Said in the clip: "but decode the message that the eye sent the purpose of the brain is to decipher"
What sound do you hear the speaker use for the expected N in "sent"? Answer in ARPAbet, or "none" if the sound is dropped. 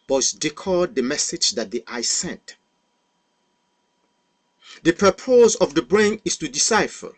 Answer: N